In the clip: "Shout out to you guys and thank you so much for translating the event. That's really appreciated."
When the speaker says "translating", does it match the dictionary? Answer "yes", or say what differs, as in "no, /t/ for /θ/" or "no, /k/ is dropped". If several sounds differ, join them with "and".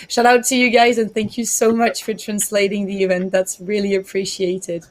yes